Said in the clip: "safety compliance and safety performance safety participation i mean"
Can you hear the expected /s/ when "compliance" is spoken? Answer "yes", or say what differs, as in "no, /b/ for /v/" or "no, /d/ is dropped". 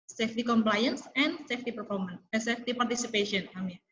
yes